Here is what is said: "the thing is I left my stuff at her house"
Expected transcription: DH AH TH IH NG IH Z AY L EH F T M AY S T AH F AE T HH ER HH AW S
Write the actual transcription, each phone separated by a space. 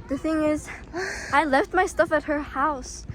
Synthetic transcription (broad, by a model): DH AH TH IH NG IH Z AY L EH F T M AY S T AH F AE T HH ER HH AW S